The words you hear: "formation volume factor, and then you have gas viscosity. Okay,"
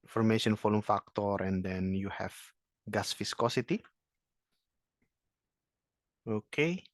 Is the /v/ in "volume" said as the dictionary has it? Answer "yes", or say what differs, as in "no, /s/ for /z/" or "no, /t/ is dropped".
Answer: no, /f/ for /v/